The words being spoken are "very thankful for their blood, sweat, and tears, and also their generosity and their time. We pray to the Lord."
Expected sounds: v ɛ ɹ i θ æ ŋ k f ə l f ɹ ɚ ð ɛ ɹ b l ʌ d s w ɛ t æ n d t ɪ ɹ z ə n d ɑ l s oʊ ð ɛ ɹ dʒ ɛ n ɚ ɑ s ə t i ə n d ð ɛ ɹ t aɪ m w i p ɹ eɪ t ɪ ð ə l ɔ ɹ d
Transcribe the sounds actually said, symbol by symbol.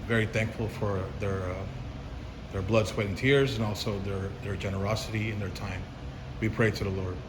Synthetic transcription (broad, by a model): v ɛ ɹ i θ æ ŋ k f l f ɹ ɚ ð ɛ ɹ b l ʌ d s w ɛ t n t ɪ ɹ z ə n ɑ l s oʊ ð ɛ ɹ dʒ ɛ n ɚ ɑ s ə t i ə n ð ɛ ɹ t aɪ m w i p ɹ eɪ t ɪ ð ə l ɔ ɹ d